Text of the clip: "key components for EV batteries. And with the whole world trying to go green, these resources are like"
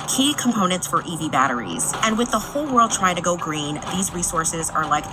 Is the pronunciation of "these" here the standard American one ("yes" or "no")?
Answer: yes